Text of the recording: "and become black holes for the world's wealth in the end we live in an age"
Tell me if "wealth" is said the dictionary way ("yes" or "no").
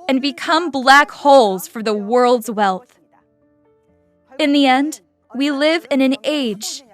yes